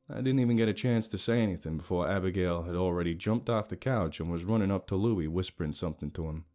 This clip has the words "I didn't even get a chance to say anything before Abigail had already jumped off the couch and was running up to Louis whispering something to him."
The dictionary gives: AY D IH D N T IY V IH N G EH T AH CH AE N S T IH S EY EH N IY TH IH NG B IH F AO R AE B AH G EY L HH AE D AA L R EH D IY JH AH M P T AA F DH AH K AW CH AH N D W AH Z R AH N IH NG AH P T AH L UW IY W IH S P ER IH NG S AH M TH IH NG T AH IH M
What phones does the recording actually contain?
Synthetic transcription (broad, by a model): AY D IH D N T IY V IH N G EH T AH CH AE N S T IH S EY EH N IY TH IH NG B IH F AO R AE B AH G EY L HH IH D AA L R EH D IY JH AH M P T AA F DH AH K AW CH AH N W AH Z R AH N IH NG AH P T AH L UW IY W IH S P ER IH NG S AH M TH IH NG T AH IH M